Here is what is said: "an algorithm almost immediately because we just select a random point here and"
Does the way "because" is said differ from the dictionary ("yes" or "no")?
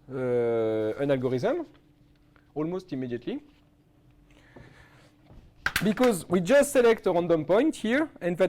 no